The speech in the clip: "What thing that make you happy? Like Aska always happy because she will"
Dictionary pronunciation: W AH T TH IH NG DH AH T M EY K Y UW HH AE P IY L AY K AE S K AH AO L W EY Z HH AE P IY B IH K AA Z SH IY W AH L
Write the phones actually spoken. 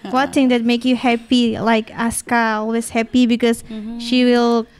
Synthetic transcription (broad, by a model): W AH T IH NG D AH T M EY K Y UW HH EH P IY L AY K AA S K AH AO L W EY S HH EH P IY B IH K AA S SH IY W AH L